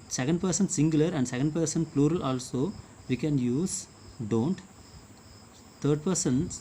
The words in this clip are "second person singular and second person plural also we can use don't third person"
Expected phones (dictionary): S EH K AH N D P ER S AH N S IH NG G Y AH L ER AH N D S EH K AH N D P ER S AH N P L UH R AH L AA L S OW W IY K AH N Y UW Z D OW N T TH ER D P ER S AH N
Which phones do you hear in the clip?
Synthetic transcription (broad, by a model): S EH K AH N D P ER S AH N S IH NG G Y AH L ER AH N D S EH K AH N D P ER S AH N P L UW R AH L AA L S OW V IY K AH N Y UW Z D OW N T T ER D P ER S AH N